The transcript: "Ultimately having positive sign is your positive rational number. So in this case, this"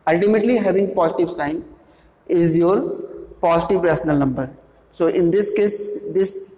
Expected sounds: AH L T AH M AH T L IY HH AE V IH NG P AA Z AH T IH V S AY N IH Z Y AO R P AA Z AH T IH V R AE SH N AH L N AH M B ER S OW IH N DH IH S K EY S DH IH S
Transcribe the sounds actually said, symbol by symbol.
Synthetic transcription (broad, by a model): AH L T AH M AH T L IY HH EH V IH NG P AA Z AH T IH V S AY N IH Z Y AO R P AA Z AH T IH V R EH S N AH L N AH M B ER S OW IH N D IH S K EY S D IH S